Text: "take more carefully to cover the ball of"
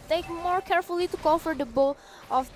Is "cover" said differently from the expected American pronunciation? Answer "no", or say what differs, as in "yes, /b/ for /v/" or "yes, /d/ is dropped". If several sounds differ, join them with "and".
yes, /f/ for /v/